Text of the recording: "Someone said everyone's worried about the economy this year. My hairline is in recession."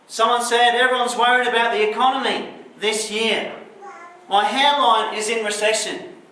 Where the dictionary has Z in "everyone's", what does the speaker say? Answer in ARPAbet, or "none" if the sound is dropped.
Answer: Z